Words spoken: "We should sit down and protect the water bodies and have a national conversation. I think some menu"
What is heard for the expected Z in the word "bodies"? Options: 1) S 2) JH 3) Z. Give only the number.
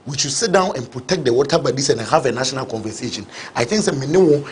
1